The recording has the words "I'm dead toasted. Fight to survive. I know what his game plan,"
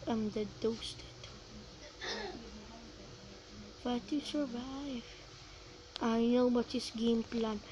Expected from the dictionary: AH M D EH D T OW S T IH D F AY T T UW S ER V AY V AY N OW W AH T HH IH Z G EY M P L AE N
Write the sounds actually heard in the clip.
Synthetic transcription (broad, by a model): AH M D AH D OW S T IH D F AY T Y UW S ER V AY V AY N OW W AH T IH S G EY M P L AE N